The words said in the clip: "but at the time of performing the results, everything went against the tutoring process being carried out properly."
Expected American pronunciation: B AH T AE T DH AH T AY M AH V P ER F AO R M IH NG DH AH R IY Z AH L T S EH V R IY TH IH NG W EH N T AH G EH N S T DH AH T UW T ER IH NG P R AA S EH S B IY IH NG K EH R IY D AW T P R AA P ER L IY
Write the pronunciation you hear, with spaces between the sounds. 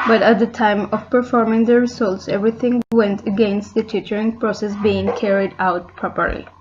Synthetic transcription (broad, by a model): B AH T AE T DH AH T AY M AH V P ER F AO R M IH NG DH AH R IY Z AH L T S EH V R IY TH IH NG W EH N T AH G EH N S T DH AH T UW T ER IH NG P R AA S EH S B IY IH NG K EH R IY D AW T P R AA P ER L IY